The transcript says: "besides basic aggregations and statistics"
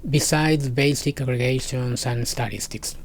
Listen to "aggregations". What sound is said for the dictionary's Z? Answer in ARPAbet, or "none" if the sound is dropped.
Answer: S